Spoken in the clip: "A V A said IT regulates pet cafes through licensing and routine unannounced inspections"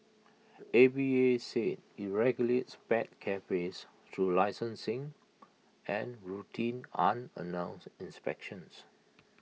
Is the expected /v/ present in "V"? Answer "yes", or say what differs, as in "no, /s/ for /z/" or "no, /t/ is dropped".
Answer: no, /b/ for /v/